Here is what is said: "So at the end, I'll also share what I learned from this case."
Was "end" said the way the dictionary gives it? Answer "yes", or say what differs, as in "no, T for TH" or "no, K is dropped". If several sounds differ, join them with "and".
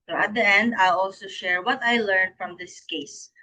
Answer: yes